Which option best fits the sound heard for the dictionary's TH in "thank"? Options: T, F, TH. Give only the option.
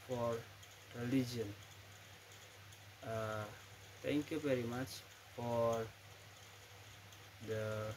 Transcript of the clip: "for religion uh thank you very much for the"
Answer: T